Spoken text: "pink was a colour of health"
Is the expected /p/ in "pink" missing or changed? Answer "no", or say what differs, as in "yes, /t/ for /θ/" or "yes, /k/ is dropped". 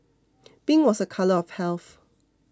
yes, /b/ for /p/